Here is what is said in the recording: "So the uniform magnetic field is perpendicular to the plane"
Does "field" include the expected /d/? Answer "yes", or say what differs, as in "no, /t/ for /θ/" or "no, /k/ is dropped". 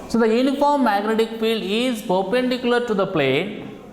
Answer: yes